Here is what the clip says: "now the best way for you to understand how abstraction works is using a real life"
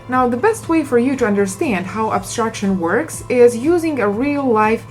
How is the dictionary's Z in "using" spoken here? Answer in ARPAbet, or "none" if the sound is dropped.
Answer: Z